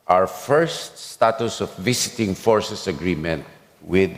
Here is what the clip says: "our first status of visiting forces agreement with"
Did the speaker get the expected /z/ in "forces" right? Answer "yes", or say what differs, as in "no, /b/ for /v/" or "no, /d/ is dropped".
no, /s/ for /z/